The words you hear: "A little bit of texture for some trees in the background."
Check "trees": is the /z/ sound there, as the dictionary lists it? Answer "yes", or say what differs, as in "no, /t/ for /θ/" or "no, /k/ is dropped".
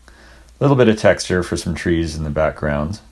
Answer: yes